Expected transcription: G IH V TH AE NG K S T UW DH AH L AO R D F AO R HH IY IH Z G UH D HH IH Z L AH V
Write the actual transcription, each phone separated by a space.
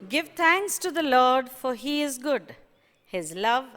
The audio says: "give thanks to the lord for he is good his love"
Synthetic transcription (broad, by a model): G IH V T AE NG K S T UW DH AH L AO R D F AO R HH IY IH Z G UH D HH IH Z L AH V